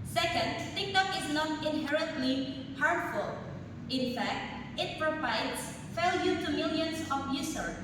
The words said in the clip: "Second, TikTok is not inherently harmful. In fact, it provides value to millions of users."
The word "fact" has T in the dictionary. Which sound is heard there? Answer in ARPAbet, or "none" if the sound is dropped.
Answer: T